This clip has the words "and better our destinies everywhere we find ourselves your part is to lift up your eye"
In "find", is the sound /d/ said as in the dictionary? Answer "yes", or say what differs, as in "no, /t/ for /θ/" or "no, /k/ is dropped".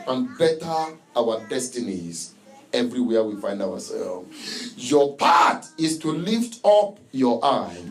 yes